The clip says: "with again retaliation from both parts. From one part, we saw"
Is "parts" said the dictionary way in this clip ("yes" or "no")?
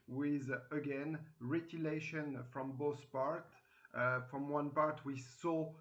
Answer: no